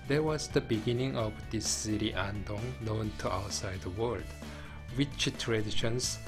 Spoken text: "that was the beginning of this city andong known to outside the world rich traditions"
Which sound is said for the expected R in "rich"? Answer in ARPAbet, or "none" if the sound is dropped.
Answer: W